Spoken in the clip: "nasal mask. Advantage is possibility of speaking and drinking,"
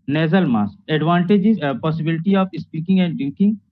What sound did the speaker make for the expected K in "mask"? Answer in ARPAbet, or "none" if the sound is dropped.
none